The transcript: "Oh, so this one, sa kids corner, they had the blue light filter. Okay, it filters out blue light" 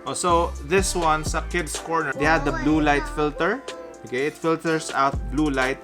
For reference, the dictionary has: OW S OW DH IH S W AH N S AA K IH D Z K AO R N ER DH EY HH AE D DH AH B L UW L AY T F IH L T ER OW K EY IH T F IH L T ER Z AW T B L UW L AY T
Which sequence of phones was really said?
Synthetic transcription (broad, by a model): OW S OW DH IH S W AH N S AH K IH D S K AO R N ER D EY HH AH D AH B L UW L AY T F IH L T ER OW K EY IH T F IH L T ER S AW T B L UW L AY T